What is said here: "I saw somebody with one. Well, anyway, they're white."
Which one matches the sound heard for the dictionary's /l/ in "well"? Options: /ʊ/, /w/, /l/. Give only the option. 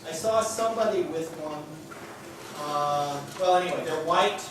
/w/